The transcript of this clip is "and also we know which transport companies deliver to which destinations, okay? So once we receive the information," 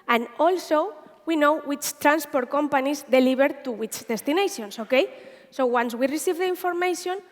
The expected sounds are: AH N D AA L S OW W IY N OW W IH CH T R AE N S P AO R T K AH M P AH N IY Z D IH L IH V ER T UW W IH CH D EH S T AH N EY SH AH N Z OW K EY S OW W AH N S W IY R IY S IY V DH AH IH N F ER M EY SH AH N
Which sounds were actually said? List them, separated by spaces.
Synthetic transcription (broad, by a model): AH N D AA L S OW W IY N OW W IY CH T R AE N S P AO R T K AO M P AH N IY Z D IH L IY B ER T UW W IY CH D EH S T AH N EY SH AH N S OW K EY S OW W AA N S W IY R IY S IY V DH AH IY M F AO M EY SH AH N